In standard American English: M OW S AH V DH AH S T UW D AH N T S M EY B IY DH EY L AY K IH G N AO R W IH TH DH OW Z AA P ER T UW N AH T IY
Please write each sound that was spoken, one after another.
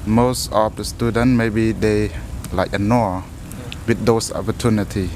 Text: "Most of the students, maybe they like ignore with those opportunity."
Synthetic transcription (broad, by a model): M OW S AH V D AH S T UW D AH N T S M EY B IY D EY L AY K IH N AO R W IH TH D OW S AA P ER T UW N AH T IY